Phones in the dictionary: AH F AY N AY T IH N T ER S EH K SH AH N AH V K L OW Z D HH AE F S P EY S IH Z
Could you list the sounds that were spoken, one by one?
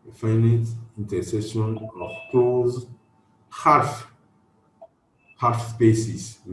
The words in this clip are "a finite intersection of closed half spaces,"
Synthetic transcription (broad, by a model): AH F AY N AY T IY N T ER S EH SH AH N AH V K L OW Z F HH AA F S P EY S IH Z